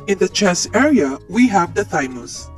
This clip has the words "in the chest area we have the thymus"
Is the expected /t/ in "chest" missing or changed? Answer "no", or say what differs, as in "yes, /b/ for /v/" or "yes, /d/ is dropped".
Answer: yes, /t/ is dropped